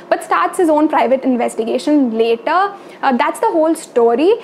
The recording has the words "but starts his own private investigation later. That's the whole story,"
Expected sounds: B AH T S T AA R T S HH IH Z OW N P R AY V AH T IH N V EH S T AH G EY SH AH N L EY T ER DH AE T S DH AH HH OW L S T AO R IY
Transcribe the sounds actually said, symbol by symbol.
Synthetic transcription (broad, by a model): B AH T S T AA R T S HH IH Z OW N P R AY V AH T IH N V EH S T AH G EY SH AH N L EY T ER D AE T S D AH HH OW L S T AO R IY